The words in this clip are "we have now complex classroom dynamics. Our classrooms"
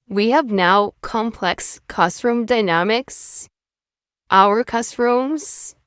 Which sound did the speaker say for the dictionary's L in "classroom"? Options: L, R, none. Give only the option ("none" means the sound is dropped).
none